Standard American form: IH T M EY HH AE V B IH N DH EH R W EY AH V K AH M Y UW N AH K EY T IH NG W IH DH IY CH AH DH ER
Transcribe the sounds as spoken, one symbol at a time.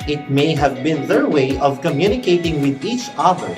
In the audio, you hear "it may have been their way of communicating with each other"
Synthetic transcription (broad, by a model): IH T M EY HH AE V B IH N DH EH R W EY AH V K AH M Y UW N AH K EY T IH NG W IH DH IY CH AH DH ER